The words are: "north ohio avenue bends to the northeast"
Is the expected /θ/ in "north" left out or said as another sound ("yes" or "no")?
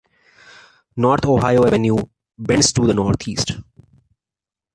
yes